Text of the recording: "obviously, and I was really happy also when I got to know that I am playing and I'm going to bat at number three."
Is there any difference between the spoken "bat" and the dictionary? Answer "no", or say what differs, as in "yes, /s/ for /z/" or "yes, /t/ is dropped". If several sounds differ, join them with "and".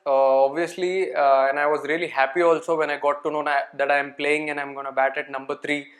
no